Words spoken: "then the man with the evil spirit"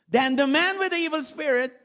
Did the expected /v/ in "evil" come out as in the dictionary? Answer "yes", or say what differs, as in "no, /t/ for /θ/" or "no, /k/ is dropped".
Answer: yes